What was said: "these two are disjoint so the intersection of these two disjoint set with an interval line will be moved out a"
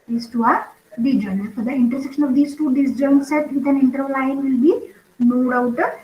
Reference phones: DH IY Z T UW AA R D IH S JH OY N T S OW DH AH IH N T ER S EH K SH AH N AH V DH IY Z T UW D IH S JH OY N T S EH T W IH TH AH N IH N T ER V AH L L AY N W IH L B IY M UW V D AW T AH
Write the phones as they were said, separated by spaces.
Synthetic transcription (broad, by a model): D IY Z T UW AA R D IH JH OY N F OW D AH IH N T ER S EH K SH AH N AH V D IY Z T UW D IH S JH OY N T S EH T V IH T AH N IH N T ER AH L L AY N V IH L B IY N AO D AW T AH